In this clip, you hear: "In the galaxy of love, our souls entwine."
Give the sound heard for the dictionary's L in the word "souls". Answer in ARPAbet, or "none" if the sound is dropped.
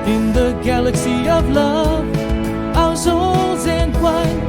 L